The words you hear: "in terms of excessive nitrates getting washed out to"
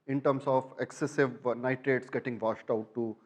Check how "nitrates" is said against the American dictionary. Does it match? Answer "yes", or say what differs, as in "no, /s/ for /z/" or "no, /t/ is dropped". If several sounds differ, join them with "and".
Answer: yes